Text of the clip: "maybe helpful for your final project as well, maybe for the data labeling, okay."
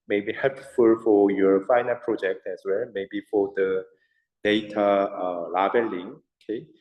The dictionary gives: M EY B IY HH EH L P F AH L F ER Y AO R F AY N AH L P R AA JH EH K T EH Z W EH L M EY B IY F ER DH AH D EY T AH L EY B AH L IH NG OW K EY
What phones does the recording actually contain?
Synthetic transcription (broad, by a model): M EY B IY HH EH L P F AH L F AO Y AO R F AY N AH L P R AA JH EH K T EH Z W EH L M EY B IY F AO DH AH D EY T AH L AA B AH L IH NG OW K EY